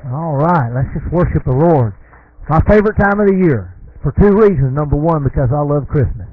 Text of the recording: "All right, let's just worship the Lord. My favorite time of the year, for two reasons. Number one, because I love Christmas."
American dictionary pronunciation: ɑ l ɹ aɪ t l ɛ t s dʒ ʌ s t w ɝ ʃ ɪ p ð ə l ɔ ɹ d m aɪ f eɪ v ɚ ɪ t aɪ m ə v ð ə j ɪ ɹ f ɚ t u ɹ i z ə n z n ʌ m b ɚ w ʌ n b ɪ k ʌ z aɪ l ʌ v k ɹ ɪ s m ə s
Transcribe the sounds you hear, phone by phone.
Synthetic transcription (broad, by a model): ɑ l ɹ aɪ t l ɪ t s dʒ ʌ s t w ɝ ʃ ɪ p ð ə l ɔ ɹ d m aɪ f eɪ v ɚ ɪ t aɪ m ə v ð ə j ɪ ɹ f ɚ t u ɹ i z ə n n ʌ m b ɚ w ʌ n b ɪ k ʌ z aɪ l ʌ v k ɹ ɪ s m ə s